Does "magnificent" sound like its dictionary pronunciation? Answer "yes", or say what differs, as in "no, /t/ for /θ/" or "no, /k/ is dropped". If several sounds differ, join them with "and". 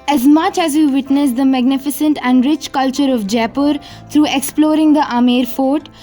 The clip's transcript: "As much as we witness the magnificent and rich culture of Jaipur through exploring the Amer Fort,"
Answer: yes